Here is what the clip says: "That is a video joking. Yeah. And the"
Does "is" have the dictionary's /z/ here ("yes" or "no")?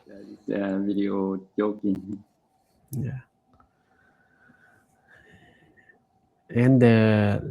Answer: no